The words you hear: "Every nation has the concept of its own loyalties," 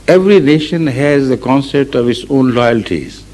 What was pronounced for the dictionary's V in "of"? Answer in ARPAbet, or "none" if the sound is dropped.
V